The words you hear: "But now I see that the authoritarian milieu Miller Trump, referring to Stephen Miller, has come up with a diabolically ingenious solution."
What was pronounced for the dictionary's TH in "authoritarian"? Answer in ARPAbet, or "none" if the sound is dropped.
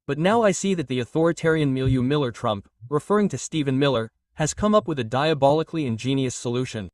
TH